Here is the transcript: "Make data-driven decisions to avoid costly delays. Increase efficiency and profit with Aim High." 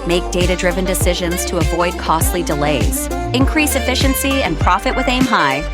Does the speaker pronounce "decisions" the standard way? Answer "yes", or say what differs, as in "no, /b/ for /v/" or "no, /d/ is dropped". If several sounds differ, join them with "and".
yes